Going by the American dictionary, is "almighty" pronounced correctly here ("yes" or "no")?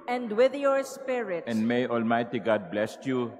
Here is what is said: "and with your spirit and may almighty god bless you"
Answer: yes